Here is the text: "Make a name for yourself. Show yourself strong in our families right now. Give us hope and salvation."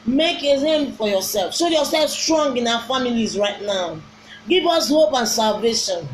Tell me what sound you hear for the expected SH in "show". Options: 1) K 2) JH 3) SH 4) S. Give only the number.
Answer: 4